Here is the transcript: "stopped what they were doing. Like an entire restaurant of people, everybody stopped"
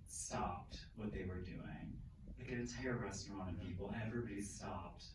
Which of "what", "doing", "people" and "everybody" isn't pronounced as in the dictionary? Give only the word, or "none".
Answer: people